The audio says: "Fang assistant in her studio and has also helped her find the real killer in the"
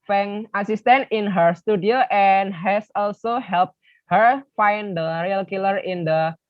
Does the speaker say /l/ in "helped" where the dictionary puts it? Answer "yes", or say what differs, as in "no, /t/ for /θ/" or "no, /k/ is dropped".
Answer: yes